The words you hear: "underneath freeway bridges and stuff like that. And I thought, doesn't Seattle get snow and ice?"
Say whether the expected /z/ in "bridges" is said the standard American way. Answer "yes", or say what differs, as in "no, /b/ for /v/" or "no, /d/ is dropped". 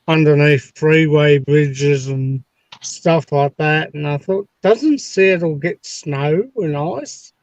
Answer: yes